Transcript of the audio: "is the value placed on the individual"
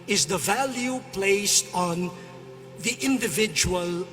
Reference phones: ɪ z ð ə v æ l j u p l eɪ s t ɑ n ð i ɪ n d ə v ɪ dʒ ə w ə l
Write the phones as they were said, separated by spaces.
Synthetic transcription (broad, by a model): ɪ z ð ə v æ l j u p l eɪ s t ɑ n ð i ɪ n d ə v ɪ dʒ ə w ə l